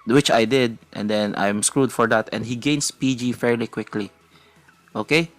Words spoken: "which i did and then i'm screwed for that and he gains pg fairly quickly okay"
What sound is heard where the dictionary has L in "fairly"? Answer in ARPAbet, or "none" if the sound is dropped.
L